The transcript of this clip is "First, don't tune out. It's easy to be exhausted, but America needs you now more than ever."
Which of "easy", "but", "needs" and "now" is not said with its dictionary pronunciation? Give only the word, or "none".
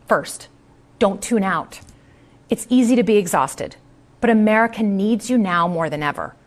none